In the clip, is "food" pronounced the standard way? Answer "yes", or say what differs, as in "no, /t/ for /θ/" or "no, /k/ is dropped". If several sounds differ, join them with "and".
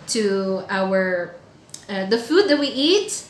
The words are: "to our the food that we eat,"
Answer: yes